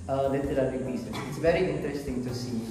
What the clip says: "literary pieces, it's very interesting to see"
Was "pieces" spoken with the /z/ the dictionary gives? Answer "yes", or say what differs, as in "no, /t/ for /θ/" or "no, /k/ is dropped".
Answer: no, /z/ is dropped